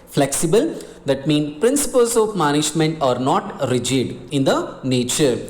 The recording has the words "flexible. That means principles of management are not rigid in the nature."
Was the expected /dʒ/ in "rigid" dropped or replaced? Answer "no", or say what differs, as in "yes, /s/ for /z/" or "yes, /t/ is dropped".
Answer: no